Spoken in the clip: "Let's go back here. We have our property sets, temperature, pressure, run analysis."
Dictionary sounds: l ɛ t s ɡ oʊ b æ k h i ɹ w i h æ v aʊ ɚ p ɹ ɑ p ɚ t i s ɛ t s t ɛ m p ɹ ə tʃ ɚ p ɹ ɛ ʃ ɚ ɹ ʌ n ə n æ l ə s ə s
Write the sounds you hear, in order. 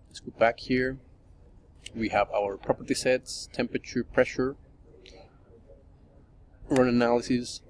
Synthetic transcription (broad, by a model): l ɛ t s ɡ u b æ k h i ɹ w i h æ v aʊ ɚ p ɹ ɑ p ɚ t i s ɛ t s t ɛ m p ɹ ə tʃ ɚ p ɹ ɛ ʃ ɚ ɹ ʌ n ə n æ l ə s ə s